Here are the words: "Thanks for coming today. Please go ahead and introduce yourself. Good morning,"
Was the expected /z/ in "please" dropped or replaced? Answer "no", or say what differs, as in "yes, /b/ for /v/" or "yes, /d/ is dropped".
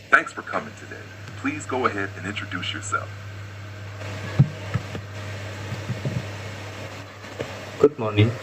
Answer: no